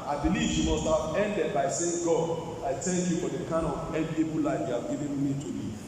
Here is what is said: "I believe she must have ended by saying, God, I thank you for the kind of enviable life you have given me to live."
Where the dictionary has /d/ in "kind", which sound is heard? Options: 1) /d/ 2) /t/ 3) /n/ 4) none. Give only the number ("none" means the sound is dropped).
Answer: 4